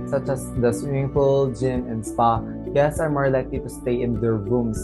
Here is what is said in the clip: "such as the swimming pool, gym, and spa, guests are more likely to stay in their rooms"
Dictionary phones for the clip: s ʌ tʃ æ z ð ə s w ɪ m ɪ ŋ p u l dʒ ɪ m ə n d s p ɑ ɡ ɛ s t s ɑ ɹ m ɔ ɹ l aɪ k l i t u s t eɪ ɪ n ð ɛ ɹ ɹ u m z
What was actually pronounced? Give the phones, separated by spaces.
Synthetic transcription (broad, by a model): s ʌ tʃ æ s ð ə s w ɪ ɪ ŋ f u l dʒ ɪ m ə n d s p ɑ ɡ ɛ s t s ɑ ɹ m ɔ ɹ l aɪ k l i t u s t eɪ ɪ n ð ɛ ɹ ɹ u m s